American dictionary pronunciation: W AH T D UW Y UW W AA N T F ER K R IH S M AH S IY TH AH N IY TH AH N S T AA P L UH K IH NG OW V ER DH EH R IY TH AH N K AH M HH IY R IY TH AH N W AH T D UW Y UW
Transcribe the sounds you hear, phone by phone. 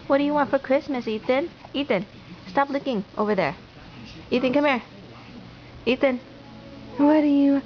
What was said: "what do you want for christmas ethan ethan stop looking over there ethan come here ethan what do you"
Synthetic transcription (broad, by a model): W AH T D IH Y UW W AA N T F ER K R IH S M AH S IY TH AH N IY T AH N S T AA P L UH K IH NG OW V ER DH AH R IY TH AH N K AH M HH IY R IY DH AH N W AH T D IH Y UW